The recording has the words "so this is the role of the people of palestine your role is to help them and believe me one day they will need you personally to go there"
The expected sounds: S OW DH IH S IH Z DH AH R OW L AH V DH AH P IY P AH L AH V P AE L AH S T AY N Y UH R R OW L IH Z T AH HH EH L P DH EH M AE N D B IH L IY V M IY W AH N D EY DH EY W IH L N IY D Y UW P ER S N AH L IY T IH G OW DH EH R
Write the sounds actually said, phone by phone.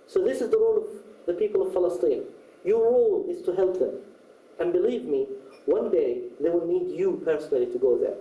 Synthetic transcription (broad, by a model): S OW DH IH S IH Z DH AH R OW L AH V DH AH P IY P AH L AH V F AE L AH S T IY N Y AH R R OW L IH Z T AH HH EH L P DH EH M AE N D B IH L IY V M IY W AH N D EY DH EY W IH L N IY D Y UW P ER S N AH L IY T IH G OW DH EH R